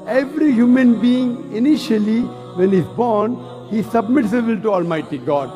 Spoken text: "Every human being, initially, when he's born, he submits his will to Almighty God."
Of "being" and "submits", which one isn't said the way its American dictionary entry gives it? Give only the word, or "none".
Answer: none